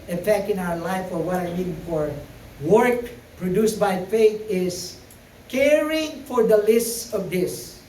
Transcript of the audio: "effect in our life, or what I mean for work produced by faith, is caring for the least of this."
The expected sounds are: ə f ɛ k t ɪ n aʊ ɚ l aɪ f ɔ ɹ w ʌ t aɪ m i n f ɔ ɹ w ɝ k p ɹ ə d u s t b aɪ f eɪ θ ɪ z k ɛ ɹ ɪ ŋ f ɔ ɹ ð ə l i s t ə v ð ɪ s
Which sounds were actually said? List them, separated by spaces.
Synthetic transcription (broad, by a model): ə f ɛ k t ɪ n aʊ ɚ l aɪ f ɔ ɹ w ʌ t aɪ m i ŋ f ɔ ɹ w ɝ k p ɹ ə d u s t b aɪ f eɪ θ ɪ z k ɛ ɹ ɪ ŋ f ɔ ɹ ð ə l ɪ s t ə v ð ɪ s